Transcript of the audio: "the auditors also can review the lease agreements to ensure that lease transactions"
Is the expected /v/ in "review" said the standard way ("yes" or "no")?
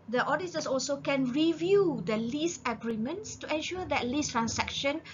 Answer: yes